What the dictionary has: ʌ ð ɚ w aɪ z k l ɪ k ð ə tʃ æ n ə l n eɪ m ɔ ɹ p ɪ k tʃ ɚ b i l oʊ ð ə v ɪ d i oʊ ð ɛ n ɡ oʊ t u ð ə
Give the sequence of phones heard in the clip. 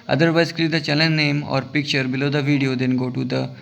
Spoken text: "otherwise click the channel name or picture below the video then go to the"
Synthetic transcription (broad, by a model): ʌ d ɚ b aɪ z k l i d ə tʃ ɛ l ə n n eɪ m ɔ ɹ p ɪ k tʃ ɚ b i l oʊ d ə v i d i oʊ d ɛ n ɡ oʊ t u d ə